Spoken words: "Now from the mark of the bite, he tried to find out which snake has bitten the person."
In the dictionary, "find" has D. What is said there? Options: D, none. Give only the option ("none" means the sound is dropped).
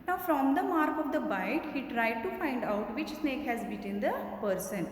D